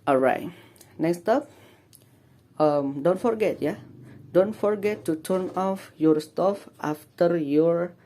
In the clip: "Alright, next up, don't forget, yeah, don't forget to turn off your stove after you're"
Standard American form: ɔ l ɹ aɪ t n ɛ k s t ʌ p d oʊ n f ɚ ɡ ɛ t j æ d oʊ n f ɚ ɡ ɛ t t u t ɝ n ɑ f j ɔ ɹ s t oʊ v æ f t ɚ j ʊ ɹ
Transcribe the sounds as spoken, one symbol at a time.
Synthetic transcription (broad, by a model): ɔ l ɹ aɪ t n ɛ k s t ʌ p d oʊ n f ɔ ɡ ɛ t j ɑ d oʊ n f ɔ ɡ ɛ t t u t ɝ n ɑ f j ɔ ɹ s t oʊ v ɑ f t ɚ j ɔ ɹ